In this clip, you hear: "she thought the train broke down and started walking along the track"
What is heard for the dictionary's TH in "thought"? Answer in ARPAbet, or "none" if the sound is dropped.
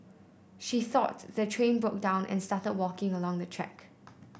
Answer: TH